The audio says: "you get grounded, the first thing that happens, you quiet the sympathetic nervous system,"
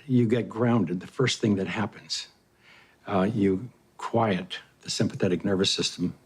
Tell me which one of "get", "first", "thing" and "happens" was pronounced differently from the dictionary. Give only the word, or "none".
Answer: none